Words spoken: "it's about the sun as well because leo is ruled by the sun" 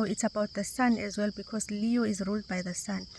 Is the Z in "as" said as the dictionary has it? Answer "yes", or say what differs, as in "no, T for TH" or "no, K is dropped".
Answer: yes